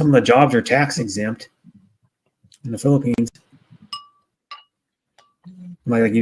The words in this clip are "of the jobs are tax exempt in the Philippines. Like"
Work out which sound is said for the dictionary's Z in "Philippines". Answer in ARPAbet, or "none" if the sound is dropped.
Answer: Z